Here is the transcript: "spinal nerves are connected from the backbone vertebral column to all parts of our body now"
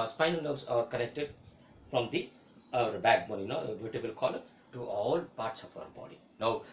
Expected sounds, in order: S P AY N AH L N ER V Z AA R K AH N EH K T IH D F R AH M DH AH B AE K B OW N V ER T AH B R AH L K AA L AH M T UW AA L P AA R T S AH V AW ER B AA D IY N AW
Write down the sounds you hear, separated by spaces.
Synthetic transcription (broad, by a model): S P AY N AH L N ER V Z AA R K AH N EH K T IH D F R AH M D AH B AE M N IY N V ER T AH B AH L K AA L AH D T UW AA L P AA R T S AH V AW ER B AA D IY N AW